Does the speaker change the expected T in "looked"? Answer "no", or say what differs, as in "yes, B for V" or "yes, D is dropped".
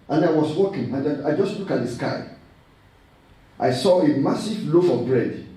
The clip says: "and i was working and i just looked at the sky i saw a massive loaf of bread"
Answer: yes, T is dropped